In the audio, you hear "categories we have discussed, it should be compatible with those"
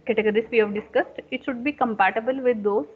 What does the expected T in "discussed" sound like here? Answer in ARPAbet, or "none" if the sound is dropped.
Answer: T